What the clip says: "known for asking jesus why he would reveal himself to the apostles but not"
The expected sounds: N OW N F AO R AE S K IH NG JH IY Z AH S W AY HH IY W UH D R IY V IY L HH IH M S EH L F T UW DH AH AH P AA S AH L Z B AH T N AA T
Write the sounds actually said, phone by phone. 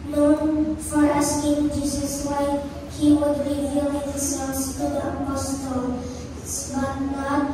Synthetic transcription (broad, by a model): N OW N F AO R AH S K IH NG JH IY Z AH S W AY HH IY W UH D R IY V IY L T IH S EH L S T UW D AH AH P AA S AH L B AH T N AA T